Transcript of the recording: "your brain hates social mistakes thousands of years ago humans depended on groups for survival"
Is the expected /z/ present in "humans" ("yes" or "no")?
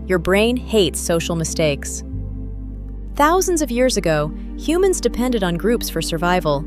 yes